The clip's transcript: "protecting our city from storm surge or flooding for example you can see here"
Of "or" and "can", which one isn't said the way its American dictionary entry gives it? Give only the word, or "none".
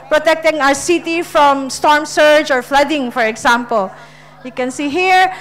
none